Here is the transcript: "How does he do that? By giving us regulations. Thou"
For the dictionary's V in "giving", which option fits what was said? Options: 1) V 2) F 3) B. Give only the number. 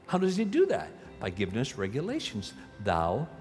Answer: 1